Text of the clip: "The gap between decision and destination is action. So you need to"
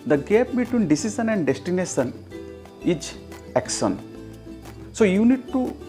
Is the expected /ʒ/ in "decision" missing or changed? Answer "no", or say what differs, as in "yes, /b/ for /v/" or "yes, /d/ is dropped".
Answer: yes, /s/ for /ʒ/